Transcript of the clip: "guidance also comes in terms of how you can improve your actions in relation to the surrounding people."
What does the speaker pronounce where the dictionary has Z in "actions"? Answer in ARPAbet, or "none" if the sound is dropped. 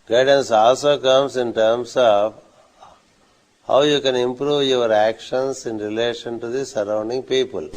S